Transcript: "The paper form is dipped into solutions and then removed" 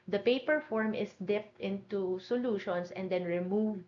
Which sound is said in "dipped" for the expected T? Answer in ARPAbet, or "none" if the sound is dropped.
T